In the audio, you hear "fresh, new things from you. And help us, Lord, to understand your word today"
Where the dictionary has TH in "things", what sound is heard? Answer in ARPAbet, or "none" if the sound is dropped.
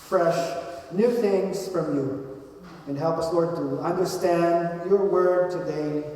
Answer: TH